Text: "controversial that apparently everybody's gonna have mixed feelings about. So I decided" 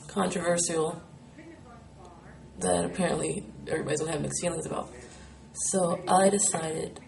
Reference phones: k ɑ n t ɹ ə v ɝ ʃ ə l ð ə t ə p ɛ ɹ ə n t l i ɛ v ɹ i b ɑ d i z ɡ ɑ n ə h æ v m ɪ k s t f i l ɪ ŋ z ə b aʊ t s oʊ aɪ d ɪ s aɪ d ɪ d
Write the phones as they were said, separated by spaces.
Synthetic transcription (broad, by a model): k ɑ n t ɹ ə v ɝ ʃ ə l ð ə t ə p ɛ ɹ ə n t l i ɛ v ɹ i b ɑ d i z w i l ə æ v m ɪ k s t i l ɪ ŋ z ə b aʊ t s oʊ aɪ d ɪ s aɪ d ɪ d